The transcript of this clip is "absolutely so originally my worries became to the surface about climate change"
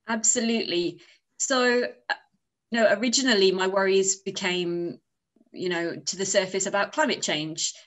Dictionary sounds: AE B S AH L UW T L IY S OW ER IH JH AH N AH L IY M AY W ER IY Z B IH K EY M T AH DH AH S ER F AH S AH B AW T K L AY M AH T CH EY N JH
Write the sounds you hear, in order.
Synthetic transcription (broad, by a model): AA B S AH L UW T L IY S OW ER IH JH AH N AH L IY M AY W ER IY Z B IH K EY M T AH DH AH S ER F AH S AH B AW T K L AY M AH T CH EY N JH